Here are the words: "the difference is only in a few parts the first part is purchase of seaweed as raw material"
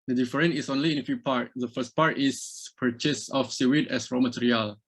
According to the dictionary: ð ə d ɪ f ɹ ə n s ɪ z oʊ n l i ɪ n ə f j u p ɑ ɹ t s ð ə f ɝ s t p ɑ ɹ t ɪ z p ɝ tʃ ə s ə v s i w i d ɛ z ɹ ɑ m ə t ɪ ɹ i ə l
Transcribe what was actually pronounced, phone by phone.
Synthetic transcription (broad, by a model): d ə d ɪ f ɹ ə n ɪ s oʊ n l i ɪ n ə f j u p ɑ ɹ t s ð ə f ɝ s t p ɑ ɹ t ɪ s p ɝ tʃ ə s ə f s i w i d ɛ s ɹ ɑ m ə t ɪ ɹ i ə l